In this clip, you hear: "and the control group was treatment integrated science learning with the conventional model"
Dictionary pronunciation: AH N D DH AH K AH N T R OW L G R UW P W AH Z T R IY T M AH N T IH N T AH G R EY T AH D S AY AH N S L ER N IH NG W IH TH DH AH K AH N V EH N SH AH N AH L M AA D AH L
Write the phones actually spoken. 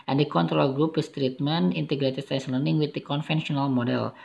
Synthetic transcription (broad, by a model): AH N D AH K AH N T R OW L G R UW P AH S T R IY T M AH N IH N T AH G R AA T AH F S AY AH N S L ER N IH NG W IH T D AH K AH N F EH N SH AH N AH L M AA D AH L